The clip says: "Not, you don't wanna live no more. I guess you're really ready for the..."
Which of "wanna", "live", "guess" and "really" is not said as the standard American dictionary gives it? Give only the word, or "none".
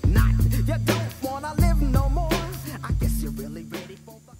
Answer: none